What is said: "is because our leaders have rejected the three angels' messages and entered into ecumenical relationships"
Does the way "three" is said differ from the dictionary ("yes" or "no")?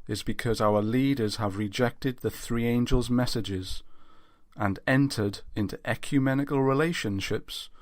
no